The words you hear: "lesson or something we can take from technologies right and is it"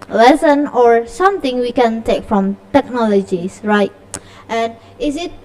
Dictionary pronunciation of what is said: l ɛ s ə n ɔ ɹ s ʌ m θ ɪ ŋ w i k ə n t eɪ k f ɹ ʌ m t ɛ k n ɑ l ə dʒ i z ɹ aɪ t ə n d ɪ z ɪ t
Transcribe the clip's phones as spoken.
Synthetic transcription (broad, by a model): l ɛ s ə n ɔ ɹ s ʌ m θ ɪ ŋ w i k ə n t eɪ k f ɹ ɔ m t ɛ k n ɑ l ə dʒ i s ɹ aɪ t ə n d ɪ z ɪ t